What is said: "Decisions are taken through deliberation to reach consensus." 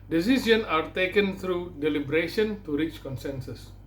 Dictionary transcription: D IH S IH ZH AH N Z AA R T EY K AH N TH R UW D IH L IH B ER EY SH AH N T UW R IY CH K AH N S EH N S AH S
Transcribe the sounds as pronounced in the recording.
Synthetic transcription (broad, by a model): D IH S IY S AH N AA R T EY K AH N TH R UW D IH L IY B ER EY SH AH N T UW R IY CH K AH N S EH N S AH S